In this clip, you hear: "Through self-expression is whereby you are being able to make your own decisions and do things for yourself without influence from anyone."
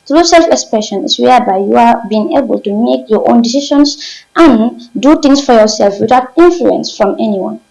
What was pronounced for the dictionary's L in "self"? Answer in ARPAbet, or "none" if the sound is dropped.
L